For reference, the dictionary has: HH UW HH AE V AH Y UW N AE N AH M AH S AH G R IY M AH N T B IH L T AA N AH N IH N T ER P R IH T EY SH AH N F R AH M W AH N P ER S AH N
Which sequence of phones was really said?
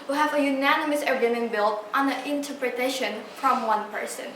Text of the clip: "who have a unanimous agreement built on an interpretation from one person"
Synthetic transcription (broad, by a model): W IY HH AE V AH Y UW N AE N AH M AH S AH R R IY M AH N B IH L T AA N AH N IH N T ER P R IH T EY SH AH N F R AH M W AH N P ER S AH N